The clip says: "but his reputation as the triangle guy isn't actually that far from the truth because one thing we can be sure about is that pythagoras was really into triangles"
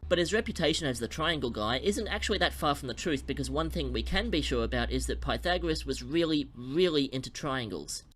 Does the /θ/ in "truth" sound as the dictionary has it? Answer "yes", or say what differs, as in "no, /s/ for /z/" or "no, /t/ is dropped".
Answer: yes